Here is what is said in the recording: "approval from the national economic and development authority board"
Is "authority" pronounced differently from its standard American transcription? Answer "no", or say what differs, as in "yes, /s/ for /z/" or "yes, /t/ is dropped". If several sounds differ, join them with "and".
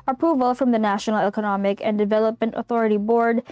no